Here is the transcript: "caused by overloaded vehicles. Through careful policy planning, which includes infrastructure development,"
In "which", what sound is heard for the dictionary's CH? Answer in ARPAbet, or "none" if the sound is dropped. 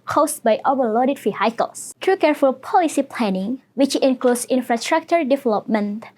CH